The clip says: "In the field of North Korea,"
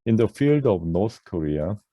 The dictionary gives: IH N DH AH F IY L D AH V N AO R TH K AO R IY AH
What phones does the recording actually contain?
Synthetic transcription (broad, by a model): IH N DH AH F IY L D AH V N AO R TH K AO R IY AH